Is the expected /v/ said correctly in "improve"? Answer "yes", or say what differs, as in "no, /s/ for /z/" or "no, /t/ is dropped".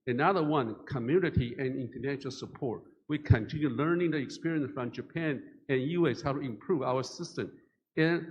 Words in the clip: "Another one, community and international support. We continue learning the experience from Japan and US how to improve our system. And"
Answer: yes